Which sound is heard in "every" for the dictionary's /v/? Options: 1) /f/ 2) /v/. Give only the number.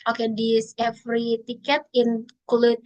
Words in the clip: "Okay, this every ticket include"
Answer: 1